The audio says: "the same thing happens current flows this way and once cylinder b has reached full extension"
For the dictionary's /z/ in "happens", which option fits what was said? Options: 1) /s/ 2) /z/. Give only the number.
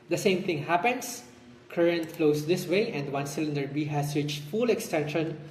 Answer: 1